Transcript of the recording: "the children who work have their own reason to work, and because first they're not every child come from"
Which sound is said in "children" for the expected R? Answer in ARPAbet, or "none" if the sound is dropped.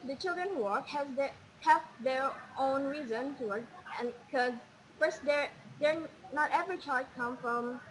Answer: R